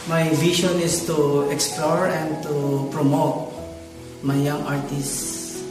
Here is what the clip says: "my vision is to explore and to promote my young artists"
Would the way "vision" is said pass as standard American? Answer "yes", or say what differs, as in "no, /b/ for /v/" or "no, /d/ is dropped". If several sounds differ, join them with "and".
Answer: no, /ʃ/ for /ʒ/